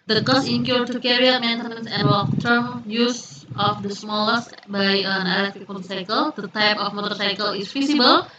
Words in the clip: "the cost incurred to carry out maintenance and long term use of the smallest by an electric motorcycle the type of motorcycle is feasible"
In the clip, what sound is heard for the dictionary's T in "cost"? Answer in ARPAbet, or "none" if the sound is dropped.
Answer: none